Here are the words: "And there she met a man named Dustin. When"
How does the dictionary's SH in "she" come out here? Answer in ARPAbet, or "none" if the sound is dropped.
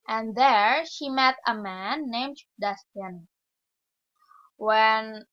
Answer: SH